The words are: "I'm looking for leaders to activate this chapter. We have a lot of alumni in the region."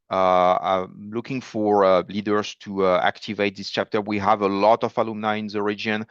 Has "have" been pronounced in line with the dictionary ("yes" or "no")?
yes